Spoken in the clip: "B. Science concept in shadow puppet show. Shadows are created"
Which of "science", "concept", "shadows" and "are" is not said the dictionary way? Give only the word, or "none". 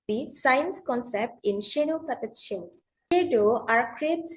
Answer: shadows